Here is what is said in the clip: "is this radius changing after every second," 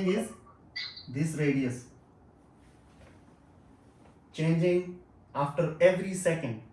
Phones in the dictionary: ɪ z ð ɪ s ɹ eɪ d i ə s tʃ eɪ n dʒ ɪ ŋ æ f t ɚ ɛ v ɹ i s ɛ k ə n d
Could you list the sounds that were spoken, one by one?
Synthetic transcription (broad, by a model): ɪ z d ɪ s ɹ eɪ d i ə s tʃ eɪ n dʒ ɪ ŋ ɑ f t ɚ ɛ v ɹ i s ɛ k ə n d